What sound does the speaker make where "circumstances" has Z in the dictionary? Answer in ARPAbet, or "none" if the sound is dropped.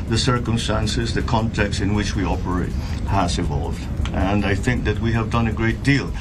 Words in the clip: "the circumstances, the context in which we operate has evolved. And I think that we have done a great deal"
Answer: Z